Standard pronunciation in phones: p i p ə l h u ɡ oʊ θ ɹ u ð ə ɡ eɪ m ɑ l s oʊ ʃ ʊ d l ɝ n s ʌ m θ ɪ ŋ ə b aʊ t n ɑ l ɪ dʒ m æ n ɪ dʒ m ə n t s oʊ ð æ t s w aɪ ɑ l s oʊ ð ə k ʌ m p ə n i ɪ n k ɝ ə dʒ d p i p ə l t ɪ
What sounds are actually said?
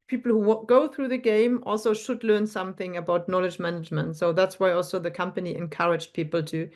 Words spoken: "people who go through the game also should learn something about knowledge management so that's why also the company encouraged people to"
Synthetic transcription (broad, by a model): p i p l h u ɡ oʊ θ ɹ u ð ə ɡ eɪ m ɑ l s oʊ ʃ ʊ d l ɝ n s ʌ m θ ɪ ŋ ə b aʊ t n ɑ l ɪ dʒ m æ n ɪ dʒ m ə n t s oʊ ð æ t s w aɪ ɑ l s oʊ ð ə k ʌ m p ə n i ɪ n k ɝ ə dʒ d p i p l t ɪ